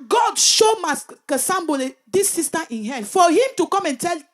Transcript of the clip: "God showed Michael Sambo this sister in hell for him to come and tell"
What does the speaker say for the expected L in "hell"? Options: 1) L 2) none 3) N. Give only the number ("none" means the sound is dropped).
3